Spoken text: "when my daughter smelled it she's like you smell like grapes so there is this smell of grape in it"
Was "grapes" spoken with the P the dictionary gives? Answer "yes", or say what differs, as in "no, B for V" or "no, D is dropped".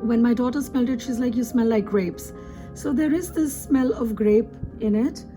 yes